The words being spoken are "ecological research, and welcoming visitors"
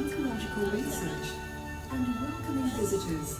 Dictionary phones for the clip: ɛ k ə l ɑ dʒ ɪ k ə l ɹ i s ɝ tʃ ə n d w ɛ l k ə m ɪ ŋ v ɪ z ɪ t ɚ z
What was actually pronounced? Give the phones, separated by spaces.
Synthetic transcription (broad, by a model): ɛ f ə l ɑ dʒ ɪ k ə l ɹ i s ɝ tʃ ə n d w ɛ k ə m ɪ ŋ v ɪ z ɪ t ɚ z